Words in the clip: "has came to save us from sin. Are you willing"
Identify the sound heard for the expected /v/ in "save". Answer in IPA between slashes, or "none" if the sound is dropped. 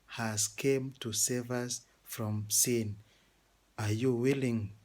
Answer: /v/